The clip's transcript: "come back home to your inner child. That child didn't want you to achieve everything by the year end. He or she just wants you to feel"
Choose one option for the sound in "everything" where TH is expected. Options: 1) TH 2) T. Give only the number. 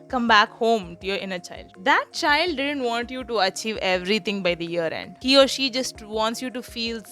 2